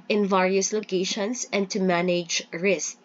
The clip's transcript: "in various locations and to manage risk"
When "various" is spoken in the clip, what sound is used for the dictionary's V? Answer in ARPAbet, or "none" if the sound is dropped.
V